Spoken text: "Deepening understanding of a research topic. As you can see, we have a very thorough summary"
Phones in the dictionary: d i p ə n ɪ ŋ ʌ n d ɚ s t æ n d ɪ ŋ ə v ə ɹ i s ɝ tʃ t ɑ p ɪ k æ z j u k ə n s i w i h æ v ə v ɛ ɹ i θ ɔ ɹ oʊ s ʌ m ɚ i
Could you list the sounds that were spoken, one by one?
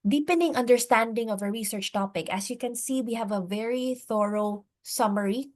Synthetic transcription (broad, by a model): d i p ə n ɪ ŋ ʌ n d ɚ s t æ n d ɪ ŋ ə v ə ɹ i s ɝ tʃ t ɑ p ɪ k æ s j u k ə n s i w i h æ v ə v ɛ ɹ i θ ɔ ɹ oʊ s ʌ m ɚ i